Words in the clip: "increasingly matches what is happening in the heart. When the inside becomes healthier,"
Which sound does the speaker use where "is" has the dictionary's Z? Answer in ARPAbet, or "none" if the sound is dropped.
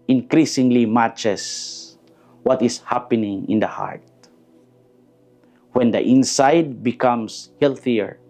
S